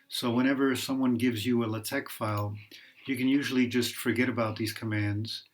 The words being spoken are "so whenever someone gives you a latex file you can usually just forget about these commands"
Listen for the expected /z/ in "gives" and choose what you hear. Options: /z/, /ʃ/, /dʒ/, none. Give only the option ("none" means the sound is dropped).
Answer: /z/